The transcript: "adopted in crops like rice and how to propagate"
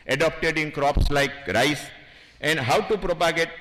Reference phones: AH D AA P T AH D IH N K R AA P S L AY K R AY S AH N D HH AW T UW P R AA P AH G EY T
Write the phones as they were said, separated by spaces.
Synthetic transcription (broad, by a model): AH D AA P T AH D IH N K R AA P S L AY K R AY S AH N D HH AW T UW P R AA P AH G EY T